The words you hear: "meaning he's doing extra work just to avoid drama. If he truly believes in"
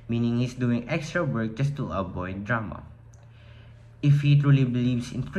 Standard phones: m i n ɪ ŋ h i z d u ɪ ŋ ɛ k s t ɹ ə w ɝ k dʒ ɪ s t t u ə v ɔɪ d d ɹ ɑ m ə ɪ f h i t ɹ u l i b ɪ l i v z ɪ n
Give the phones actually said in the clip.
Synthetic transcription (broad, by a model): m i n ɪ ŋ h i s d u ɪ ŋ ɛ k s t ɹ ə w ɝ k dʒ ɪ s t t u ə b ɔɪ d d ɹ ɑ m ə ɪ f h i t ɹ u l i b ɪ l i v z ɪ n